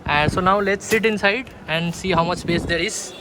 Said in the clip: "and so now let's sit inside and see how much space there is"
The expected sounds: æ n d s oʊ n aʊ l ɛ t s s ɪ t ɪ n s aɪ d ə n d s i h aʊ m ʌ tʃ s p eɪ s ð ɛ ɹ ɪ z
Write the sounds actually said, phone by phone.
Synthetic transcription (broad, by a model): s oʊ n aʊ l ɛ t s s ɪ t ɪ n s aɪ d ə n d s i h aʊ m ʌ tʃ s p eɪ s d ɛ ɹ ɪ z